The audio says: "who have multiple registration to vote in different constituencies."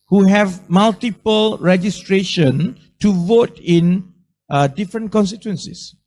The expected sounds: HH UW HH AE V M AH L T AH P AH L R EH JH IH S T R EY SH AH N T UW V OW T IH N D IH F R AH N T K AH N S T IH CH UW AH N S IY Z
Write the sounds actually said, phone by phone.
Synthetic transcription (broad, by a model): HH UW HH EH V M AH L T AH P AH L R EH JH IH S T R EY SH AH N T UW V OW T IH N D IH F R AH N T K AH N S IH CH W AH N S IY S